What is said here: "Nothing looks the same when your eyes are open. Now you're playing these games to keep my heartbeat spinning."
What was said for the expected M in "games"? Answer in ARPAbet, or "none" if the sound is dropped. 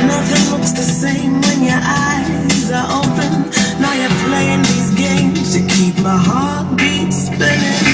M